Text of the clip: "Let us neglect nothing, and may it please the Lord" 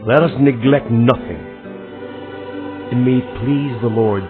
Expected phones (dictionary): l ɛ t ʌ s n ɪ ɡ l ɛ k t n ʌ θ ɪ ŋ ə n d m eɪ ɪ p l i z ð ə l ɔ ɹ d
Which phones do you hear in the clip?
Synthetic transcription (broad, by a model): l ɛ t ʌ s n ɪ ɡ l ɛ k t n ʌ θ ɪ ŋ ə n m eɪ ɪ p l i z ð ə l ɔ ɹ d